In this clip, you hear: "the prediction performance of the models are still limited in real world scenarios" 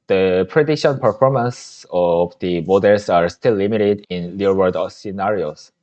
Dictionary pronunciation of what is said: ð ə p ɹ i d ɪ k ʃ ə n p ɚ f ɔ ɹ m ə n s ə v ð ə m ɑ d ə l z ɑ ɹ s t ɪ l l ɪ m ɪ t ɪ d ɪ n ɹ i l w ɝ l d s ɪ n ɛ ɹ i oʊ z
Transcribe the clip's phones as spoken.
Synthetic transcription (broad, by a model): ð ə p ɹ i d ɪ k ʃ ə n p ɚ f ɔ ɹ m ə n s ə v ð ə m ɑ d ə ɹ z ɑ ɹ s t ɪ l l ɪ m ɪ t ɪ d ɪ n l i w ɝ d s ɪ n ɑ ɹ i oʊ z